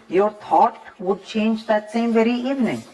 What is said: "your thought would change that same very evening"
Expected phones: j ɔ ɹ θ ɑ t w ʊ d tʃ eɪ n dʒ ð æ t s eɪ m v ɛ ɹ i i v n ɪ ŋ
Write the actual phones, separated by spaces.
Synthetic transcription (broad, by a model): j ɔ ɹ t ɑ t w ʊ d tʃ eɪ n dʒ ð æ t s eɪ m v ɛ ɹ i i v n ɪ ŋ